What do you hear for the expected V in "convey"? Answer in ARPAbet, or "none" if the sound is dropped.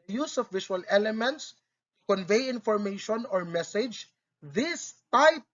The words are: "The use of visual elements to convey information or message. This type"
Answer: V